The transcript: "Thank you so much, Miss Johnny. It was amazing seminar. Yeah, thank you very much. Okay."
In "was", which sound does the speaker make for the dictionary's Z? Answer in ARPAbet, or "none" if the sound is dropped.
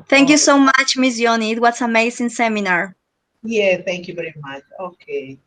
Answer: S